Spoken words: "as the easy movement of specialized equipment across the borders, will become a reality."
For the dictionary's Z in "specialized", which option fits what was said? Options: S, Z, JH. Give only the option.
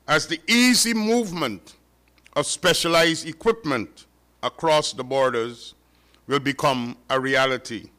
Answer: Z